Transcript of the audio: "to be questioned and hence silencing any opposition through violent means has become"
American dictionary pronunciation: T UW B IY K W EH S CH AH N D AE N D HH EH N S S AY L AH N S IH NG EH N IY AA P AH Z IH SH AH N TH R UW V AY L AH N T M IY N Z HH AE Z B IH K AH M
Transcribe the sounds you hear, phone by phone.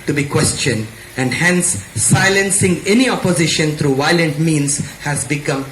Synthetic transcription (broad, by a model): T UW B IY K W EH S CH AH N D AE N D HH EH N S S AY L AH N S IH NG EH N IY AA P AH Z IH SH AH N T R UW V AY L AH N T M IY N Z HH AE Z B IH K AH M